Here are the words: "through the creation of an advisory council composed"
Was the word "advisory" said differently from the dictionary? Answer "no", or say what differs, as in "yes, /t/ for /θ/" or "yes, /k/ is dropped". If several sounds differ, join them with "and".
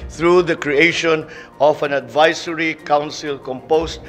yes, /s/ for /z/